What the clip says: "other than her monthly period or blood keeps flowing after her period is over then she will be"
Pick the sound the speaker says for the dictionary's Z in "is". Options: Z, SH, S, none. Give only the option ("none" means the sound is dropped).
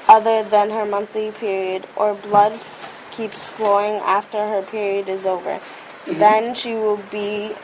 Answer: Z